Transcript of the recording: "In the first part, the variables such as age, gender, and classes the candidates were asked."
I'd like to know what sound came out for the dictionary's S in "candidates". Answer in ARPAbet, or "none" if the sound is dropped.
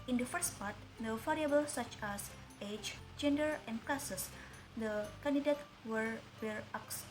none